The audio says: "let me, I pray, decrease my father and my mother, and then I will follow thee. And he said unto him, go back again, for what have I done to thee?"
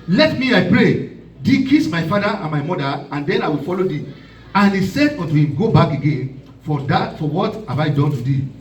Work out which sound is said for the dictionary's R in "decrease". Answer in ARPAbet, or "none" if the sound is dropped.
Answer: none